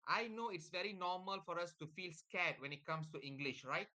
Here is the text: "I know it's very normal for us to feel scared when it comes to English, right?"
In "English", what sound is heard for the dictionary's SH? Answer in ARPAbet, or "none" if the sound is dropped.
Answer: SH